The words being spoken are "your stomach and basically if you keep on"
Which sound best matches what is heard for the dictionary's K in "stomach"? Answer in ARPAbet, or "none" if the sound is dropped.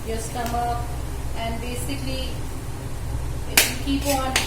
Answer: none